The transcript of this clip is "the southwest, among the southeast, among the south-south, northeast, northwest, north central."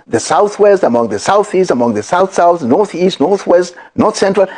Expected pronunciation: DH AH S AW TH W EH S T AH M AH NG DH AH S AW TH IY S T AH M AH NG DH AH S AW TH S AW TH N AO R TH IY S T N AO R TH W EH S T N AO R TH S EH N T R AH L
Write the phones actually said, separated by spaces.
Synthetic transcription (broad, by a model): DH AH S AW TH W EH S T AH M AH NG DH AH S AW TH IY S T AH M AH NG DH AH S AW TH S AW TH N AO R TH IY S T N AO R TH W EH S T N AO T S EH N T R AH L